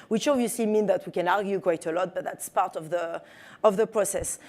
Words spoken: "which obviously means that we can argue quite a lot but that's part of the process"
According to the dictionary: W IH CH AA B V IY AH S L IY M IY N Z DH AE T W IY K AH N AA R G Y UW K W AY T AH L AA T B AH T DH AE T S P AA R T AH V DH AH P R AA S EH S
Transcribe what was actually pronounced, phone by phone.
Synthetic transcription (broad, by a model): W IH CH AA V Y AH S IY M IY N DH AE T W IY K AH N AA R G Y UW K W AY T AH L AA T B AH T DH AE T S P AA R T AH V DH AH P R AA S EH S